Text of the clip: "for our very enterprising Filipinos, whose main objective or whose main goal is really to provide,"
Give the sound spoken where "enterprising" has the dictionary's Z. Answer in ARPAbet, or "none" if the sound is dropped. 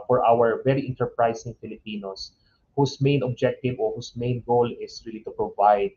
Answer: S